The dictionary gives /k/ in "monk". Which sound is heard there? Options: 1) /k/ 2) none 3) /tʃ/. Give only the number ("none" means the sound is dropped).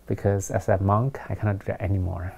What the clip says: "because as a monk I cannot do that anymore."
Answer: 1